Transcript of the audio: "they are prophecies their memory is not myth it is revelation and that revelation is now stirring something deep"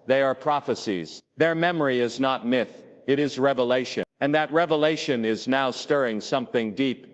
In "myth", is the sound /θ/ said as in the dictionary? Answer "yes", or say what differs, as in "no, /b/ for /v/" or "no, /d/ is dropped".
yes